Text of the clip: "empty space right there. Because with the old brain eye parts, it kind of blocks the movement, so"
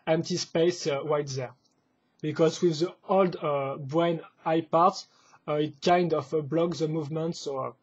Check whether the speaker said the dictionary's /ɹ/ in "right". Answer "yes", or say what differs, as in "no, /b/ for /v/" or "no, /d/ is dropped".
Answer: no, /w/ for /ɹ/